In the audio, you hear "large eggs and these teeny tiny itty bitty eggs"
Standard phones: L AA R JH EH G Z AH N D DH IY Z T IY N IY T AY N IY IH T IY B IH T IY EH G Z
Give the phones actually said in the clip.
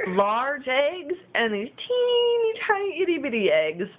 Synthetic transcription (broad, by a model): L AA R JH EH G Z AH N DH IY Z T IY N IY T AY IY IH T IY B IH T IY EH G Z